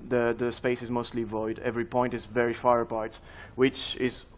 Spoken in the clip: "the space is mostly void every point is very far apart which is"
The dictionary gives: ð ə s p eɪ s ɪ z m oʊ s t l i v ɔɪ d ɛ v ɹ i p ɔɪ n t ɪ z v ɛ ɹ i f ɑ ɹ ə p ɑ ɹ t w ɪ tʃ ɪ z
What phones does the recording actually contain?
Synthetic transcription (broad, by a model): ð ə s p eɪ s ɪ z m oʊ s t l i v ɔɪ d ɛ v ɹ i p ɔɪ n t ɪ z v ɛ ɹ i f ɑ ɹ ə p ɑ ɹ t w ɪ tʃ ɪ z